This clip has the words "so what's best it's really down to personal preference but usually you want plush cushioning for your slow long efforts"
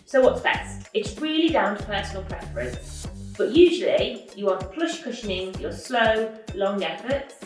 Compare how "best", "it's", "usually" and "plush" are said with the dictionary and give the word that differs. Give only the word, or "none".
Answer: best